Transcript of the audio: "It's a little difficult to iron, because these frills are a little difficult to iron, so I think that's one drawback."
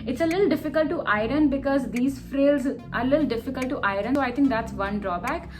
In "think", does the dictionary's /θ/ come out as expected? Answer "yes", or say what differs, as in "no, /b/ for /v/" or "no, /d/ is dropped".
no, /t/ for /θ/